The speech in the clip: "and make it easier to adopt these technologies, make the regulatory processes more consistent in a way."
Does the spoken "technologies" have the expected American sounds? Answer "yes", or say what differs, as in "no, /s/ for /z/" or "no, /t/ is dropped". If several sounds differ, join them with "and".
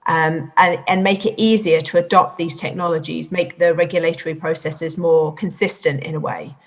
yes